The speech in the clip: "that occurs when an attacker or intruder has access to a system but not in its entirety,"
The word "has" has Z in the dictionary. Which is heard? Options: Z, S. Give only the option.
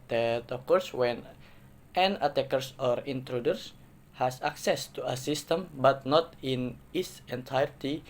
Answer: S